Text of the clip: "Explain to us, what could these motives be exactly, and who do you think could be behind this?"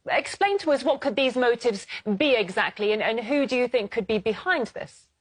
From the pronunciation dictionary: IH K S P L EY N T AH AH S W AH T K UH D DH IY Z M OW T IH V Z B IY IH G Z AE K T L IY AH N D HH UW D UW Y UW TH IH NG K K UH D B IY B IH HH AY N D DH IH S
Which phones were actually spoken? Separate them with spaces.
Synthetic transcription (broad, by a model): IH K S P L EY N T AH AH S W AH T K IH D DH IY Z M OW T IH V Z B IY IH G Z AE K T L IY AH N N HH UW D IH Y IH TH IH NG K K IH D B IY B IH HH AY N DH IH S